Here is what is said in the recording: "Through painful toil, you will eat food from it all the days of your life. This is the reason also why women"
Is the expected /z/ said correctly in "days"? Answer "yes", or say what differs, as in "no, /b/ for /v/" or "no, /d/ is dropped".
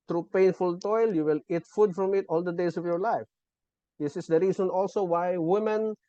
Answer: no, /s/ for /z/